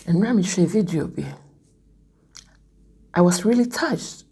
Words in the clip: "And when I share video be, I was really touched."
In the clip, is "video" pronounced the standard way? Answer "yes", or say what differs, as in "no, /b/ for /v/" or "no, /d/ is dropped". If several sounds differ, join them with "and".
yes